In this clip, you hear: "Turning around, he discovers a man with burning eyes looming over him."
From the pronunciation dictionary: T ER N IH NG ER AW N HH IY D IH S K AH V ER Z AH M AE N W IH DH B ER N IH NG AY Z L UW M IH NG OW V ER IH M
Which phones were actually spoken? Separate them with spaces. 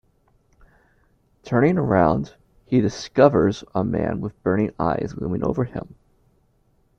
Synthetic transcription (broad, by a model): T ER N IH NG ER AW N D IY D IH S K AH V ER Z AH M AE N W IH DH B ER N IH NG AY Z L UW M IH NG OW V ER IH M